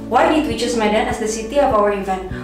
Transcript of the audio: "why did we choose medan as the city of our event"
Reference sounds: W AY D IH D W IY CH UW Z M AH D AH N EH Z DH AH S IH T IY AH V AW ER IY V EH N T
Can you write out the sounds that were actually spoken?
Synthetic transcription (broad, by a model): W AY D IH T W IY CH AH S M AH D AH N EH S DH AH S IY T IY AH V AW ER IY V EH N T